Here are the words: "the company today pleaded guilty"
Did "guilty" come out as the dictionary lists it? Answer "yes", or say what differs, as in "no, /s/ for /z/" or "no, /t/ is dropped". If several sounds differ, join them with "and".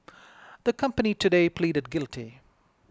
yes